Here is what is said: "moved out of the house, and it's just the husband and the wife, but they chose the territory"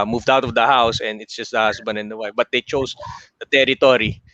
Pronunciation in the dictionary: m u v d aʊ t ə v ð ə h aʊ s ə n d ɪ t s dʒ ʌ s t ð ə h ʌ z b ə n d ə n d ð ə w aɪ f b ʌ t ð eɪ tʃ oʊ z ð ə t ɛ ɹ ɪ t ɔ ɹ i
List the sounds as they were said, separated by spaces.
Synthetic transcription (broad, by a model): m u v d aʊ t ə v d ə h aʊ s ə n d ɪ t s dʒ ʌ s t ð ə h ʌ s b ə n ə n d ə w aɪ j b ʌ t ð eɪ tʃ oʊ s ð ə t ɛ ɹ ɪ t ɔ ɹ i